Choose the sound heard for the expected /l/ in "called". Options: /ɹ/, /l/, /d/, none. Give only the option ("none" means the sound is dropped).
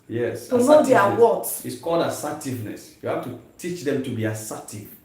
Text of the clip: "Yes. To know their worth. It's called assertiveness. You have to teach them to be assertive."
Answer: /l/